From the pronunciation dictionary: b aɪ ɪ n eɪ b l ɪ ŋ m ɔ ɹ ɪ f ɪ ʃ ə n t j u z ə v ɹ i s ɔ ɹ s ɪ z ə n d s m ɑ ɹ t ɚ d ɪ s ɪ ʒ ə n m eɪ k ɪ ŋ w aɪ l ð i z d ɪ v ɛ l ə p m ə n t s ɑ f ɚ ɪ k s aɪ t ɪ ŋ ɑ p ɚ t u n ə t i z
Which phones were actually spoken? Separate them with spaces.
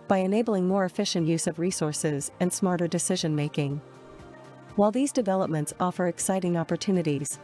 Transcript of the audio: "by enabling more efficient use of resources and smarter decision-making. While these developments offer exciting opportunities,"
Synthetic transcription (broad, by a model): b aɪ ɪ n eɪ b l ɪ ŋ m ɔ ɹ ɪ f ɪ ʃ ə n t j u z ə v ɹ i s ɔ ɹ s ɪ z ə n s m ɑ ɹ t ɚ d ɪ s ɪ ʒ ə n m eɪ k ɪ ŋ w aɪ l ð i z d ɪ v ɛ l ə p m ə n t s ɑ f ɚ ɪ k s aɪ t ɪ ŋ ɑ p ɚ t u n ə t i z